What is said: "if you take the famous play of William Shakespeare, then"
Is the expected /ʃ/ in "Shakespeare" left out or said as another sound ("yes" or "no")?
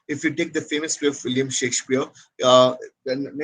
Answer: no